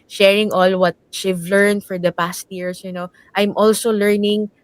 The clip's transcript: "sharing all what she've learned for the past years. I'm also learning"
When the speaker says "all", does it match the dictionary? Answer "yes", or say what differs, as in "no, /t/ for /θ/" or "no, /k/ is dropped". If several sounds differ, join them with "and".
yes